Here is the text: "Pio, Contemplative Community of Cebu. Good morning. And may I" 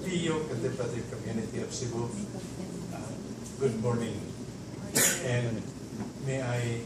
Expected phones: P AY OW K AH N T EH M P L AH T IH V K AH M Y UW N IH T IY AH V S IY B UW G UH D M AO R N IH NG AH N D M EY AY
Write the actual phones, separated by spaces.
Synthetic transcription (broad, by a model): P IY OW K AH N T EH P AH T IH K AH M Y UW N IH T IY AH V S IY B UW G UH D M AO R N IH NG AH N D M EY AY